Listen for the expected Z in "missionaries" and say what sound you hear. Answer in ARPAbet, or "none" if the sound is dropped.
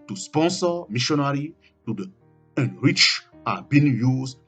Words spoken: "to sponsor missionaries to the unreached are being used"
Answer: none